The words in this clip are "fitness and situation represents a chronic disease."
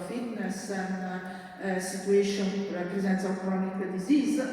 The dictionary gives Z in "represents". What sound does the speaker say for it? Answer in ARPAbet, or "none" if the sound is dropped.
Z